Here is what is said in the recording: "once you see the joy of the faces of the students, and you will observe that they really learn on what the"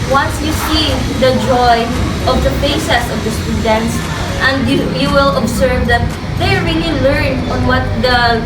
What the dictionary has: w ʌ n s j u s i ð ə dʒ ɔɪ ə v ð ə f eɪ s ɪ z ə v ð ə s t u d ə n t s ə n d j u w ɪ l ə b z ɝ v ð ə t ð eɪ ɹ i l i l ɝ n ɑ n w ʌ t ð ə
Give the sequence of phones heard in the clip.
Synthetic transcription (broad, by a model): w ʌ n s j u s i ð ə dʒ ɔɪ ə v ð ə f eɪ s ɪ s ə v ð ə s t u d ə n t s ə n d j u w ɪ l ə b s ɝ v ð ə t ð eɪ ɹ i l i l ɝ n ɑ n w ʌ t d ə